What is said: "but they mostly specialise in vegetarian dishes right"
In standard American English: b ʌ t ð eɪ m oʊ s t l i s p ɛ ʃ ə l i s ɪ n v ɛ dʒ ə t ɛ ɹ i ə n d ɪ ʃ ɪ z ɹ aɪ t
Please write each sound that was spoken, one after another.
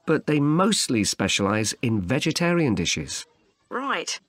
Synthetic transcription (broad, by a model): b ʌ t ð eɪ m oʊ s t l i s p ɛ ʃ ə l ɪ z ɪ n v ɛ dʒ ə t ɛ ɹ i ə n d ɪ ʃ ɪ z ɹ aɪ t